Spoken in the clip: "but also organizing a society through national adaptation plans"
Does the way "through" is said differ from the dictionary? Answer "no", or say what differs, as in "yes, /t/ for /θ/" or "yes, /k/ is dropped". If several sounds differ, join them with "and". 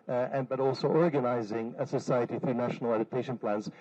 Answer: no